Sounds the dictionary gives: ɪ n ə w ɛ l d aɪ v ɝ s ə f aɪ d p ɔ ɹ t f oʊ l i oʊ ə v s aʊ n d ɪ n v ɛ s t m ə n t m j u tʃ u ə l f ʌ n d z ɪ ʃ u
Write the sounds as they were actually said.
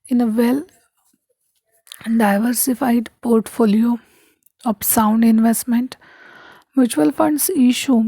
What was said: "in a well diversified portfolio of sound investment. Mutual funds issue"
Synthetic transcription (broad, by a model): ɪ n ə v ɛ l d aɪ v ɝ s ə f aɪ d p ɔ ɹ t f oʊ l i oʊ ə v s aʊ n d ɪ n v ɛ s t m ə n t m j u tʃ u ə l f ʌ n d s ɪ ʃ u